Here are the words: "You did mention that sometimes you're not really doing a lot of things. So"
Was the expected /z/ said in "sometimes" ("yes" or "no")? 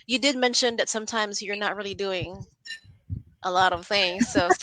yes